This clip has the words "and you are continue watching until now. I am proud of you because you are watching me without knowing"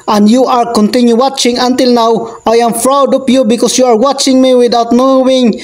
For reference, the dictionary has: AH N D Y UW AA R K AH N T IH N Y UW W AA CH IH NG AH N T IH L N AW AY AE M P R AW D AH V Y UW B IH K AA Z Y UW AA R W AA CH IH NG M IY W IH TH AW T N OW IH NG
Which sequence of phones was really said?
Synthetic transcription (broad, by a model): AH N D Y UW AA R K AH N T IH N Y UW W AA CH IH NG AH N T IH L N AW AY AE M F R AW D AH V Y UW B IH K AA S Y UW AA R W AA CH IH NG M IY W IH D AW T N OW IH NG